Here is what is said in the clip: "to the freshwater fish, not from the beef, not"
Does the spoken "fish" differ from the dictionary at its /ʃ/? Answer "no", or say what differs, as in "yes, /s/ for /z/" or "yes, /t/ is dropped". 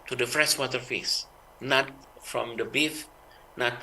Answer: yes, /s/ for /ʃ/